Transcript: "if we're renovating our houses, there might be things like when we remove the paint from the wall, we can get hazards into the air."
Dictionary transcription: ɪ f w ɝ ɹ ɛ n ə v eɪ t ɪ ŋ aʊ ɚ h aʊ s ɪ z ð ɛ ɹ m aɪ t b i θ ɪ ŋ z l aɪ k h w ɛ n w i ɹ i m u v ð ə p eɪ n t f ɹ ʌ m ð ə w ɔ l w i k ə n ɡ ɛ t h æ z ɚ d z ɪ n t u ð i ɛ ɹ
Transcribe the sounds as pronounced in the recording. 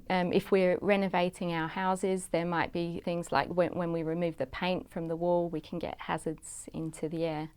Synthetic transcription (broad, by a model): ɪ f w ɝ ɹ ɛ n ə v eɪ t ɪ ŋ aʊ ɚ h aʊ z ɪ z ð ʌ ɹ m aɪ t b i θ ɪ ŋ z l aɪ k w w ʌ n w i ɹ i m u v ð ə p eɪ n t f ɹ ʌ m ð ə w ɔ l w i k ə n ɡ ɛ t h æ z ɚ d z ɪ n t u ð i ɛ